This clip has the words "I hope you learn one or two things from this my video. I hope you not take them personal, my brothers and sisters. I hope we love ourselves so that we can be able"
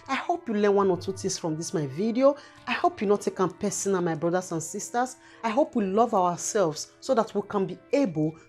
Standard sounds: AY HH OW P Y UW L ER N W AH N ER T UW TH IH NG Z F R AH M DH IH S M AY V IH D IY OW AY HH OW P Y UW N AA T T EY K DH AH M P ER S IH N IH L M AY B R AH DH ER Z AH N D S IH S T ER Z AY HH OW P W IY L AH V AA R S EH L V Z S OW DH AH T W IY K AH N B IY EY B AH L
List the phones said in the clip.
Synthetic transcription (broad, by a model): AY HH OW P Y UW L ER N W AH N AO T UW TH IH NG S F R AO M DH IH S M AY V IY D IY OW AY HH OW P Y UW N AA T T EY K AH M P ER S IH N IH N M AY B R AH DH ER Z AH N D S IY S T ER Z AY HH OW P W IY L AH V AA W S EH L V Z S OW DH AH T W IY K AH N B IY EY B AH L